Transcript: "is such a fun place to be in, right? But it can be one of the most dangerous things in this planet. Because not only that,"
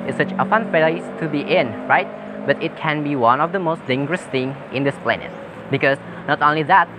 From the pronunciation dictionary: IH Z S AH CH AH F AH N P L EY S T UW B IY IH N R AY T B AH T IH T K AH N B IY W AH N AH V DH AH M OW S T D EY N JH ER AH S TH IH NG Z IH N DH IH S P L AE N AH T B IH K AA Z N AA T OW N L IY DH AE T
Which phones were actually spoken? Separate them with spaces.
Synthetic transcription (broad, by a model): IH S AH CH AH F AH N F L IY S T UW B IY IH N R AY T B AH T IH T K AH N B IY W AH N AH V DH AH M OW S T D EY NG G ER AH S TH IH NG IH N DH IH S P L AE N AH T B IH K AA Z N AA T OW N L IY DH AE T